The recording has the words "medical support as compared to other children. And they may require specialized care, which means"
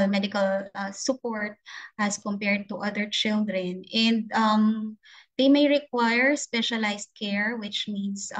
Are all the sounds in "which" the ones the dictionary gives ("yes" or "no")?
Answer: yes